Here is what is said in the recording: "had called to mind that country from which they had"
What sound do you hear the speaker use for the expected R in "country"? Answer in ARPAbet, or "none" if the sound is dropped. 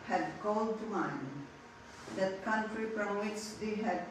R